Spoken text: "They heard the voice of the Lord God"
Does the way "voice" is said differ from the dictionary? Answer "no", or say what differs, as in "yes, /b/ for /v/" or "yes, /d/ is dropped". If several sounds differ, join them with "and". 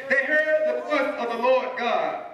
yes, /f/ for /v/